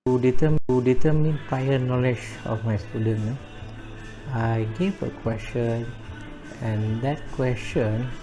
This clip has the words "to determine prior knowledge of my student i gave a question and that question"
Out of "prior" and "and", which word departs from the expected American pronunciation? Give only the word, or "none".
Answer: prior